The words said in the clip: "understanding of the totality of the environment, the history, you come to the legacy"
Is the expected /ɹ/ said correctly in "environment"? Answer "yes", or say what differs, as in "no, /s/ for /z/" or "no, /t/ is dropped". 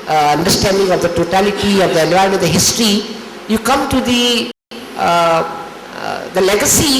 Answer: no, /ɹ/ is dropped